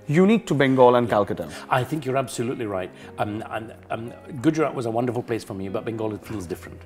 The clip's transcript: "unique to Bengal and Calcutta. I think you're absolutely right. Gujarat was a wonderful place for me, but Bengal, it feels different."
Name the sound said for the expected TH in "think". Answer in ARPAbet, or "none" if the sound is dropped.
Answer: TH